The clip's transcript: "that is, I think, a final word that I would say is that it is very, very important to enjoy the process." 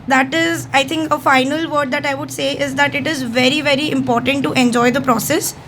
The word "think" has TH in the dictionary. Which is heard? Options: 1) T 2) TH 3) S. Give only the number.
1